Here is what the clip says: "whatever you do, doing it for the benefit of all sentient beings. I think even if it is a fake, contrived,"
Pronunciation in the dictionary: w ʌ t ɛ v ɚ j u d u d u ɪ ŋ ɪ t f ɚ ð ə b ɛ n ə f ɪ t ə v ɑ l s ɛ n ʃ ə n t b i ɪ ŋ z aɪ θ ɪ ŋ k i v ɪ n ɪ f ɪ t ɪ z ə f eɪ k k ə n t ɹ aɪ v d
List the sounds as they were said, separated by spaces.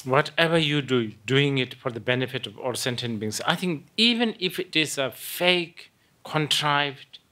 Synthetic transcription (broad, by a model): w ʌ t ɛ v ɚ j u d u d u ɪ ŋ ɪ t f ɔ ð ə b ɛ n ə f ɪ t ə v ɑ l s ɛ n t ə n b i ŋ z aɪ θ ɪ ŋ k i v ɪ n ɪ f ɪ t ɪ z ə f eɪ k k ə n t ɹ aɪ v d